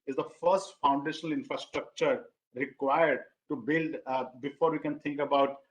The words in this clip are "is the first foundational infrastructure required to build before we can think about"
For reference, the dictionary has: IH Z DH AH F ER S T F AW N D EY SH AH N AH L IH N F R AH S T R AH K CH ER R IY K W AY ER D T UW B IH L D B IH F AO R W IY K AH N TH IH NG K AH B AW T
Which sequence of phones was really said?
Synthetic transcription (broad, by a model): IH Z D AH F ER S T F AW N D EY SH AH N AH L IH N F R AH S T R AH K CH ER R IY K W AY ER D T UW B IH L D B IH F AO R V IY K AH N T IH NG K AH B AW T